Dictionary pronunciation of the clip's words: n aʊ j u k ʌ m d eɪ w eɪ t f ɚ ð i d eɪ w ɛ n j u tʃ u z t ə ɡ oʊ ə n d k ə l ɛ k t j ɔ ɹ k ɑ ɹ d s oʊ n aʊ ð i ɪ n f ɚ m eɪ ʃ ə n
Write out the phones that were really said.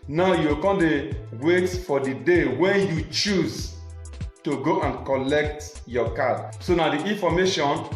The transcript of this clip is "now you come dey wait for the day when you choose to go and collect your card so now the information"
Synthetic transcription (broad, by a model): n aʊ j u k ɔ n d eɪ w eɪ t f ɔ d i d eɪ w ɛ n j u tʃ u z t ə ɡ oʊ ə n k ə l ɛ k t j ɔ k ɑ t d s oʊ n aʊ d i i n f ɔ m eɪ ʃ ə n